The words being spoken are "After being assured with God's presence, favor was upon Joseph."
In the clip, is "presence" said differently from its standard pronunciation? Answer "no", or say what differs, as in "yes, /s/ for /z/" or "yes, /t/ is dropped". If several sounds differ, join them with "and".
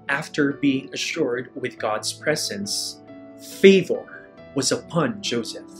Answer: no